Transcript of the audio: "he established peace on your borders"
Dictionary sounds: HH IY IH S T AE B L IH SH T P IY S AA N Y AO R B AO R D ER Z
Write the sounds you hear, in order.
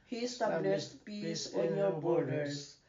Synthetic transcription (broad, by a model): HH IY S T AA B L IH S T P IY S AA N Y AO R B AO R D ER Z